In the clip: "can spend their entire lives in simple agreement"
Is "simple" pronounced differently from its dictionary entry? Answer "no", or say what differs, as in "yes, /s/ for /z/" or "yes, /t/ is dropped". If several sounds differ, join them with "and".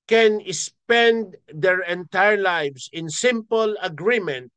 no